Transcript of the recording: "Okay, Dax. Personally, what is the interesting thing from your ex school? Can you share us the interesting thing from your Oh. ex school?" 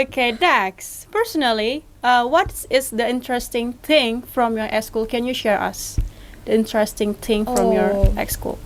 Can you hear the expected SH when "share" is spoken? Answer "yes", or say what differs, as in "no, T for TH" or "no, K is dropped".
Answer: yes